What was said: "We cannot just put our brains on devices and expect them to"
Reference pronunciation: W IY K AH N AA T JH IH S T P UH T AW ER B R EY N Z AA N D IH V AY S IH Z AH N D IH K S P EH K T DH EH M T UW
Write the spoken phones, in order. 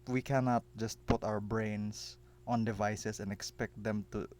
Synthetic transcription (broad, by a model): W IY K AH N AA T JH IH S T P UH T AW ER B R EY N S AA N D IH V AY S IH S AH N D IH K S P EH K T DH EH M T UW